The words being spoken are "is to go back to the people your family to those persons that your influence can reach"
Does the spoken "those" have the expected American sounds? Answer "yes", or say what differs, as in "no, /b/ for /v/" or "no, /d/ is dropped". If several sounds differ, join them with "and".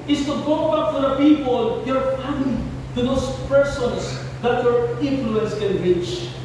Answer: no, /s/ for /z/